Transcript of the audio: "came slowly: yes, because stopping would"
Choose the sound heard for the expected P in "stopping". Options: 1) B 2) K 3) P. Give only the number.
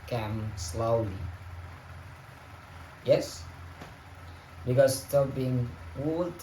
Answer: 1